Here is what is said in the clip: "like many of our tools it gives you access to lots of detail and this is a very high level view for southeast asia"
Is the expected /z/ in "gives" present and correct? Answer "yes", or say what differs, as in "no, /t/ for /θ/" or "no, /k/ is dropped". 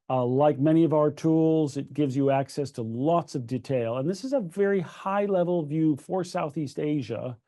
yes